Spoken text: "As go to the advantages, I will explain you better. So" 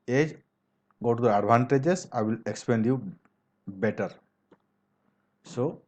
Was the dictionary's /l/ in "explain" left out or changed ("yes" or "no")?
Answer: yes